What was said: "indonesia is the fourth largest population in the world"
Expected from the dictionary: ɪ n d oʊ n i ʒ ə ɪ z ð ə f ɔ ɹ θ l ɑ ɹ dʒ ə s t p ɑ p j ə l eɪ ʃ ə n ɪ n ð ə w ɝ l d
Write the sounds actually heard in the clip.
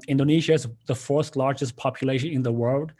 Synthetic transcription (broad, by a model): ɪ n d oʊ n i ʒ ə ɪ z ð ə f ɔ ɹ s l ɑ ɹ dʒ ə s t p ɑ p j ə l eɪ ʃ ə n ɪ n ð ə w ɝ l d